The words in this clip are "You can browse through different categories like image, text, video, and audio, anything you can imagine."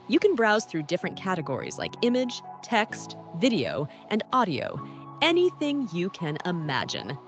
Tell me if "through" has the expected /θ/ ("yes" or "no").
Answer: yes